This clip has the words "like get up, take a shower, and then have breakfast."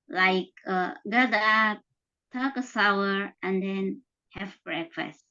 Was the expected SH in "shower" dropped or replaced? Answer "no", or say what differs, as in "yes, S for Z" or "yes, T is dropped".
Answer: yes, S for SH